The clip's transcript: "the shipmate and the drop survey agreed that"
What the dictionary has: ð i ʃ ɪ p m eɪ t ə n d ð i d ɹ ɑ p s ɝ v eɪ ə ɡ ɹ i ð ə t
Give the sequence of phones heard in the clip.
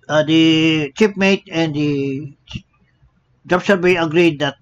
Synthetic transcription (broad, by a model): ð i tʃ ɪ p m eɪ t ə n d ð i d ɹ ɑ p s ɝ b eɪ ə ɡ ɹ i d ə t